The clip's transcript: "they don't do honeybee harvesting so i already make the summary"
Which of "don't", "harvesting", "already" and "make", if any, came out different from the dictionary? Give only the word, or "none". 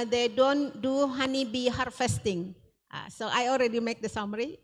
harvesting